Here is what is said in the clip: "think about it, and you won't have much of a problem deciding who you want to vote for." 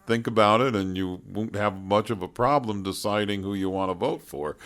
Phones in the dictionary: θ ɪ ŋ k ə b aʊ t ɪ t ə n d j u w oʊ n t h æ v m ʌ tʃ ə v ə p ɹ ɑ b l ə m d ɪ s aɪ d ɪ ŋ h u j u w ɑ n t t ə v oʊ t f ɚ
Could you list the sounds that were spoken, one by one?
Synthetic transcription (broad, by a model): θ ɪ ŋ k ə b aʊ t ɪ t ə n j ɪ w oʊ n t h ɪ v m ʌ tʃ ə v ə p ɹ ɑ b l ə m d ɪ s aɪ d ɪ ŋ h u j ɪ w ɑ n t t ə v oʊ t f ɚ